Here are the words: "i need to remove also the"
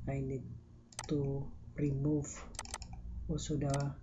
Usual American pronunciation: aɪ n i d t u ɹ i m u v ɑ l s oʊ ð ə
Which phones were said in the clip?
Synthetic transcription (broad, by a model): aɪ n i d t u ɹ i m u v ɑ s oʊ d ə